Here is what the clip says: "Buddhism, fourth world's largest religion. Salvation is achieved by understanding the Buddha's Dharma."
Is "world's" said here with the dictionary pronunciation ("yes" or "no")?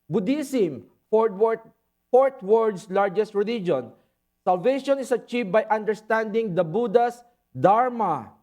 no